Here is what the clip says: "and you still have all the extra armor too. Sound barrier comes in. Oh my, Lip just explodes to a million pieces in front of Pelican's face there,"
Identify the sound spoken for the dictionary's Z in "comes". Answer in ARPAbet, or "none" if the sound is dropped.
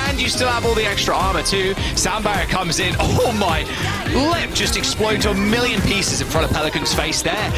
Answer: Z